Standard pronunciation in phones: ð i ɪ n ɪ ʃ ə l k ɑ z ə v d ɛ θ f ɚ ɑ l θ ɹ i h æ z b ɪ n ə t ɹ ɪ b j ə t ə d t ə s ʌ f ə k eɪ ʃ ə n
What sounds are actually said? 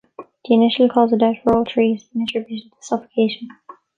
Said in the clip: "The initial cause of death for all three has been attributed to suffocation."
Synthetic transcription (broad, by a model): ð i ɪ n ɪ ʃ ə l k ɑ z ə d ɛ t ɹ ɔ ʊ l t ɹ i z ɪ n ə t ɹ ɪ b j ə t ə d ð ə s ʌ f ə k eɪ ʃ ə n